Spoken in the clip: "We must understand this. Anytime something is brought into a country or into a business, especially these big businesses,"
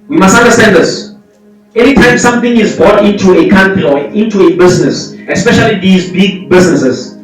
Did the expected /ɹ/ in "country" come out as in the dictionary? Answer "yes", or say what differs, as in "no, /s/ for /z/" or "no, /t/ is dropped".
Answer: no, /ɹ/ is dropped